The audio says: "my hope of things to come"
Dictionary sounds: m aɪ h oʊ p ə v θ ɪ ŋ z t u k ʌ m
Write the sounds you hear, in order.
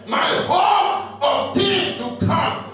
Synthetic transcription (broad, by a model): m aɪ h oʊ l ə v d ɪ z t u k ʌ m